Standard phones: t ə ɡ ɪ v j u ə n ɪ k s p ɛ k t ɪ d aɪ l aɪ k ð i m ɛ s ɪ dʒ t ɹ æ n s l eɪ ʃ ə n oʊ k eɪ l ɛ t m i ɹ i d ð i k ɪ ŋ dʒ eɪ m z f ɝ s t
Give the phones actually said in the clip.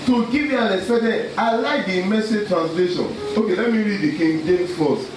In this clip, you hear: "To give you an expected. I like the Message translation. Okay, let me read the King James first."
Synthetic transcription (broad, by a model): t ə ɡ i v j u ə n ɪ s ɛ t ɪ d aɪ l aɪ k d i m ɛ s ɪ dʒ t ɹ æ n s l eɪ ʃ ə n oʊ k eɪ l ɛ t m i ɹ i d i k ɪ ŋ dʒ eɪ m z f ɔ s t